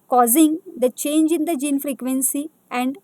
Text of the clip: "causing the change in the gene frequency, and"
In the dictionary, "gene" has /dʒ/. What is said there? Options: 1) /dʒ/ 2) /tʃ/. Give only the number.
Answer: 1